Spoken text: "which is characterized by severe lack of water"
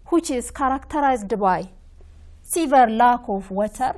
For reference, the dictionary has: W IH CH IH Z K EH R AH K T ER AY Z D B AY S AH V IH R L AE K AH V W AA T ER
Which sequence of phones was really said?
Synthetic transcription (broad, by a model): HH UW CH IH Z K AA R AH K T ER AY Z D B AY S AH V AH R L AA K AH F W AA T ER